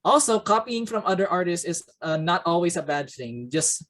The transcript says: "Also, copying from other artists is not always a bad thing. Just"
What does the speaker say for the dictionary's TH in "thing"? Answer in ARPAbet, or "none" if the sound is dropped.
TH